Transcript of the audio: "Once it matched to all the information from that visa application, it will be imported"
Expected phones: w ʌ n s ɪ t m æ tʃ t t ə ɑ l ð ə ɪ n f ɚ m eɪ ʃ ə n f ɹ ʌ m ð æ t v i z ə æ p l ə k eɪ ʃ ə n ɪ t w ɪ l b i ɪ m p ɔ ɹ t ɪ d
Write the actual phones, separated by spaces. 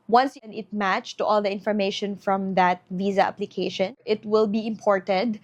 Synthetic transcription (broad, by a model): w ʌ n s ɪ t m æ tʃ t t ɑ l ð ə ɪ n f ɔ m eɪ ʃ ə n f ɹ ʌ m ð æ t v i z ə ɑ p l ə k eɪ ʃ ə n ɪ t w ɪ l b i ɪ m p ɔ ɹ t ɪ d